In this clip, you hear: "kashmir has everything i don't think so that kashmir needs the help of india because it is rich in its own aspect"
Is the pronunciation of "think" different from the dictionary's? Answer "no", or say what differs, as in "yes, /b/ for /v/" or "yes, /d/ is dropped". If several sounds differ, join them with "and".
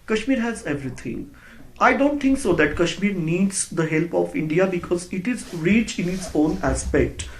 yes, /t/ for /θ/